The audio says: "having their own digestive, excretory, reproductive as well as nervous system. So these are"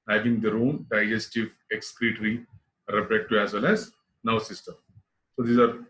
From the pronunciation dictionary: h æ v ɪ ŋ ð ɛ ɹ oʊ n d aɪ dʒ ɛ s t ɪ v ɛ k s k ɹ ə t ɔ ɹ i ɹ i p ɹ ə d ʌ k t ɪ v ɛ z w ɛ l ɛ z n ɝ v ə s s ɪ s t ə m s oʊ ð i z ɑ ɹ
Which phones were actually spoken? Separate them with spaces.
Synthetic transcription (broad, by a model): h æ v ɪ ŋ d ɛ ɹ oʊ n d aɪ dʒ ɛ s t ɪ v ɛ k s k ɹ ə t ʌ ɹ i ɹ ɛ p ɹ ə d t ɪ ɛ z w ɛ l ɛ z n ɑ ə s s ɪ s t ə m s oʊ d i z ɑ ɹ